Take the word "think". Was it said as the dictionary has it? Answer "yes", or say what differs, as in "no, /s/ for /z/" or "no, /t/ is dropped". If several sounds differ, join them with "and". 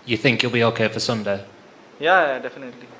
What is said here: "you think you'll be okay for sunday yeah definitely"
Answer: yes